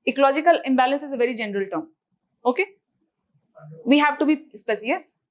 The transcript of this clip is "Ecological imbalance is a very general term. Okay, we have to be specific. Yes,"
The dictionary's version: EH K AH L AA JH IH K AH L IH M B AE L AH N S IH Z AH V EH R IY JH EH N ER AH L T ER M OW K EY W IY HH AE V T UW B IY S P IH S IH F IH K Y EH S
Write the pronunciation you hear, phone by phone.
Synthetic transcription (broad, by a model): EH K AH L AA JH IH K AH L IH M B AE L AH N S IH Z AH V EH R IY JH EH N ER AH L T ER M OW K EY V IY HH AE V T UW B IY S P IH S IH IH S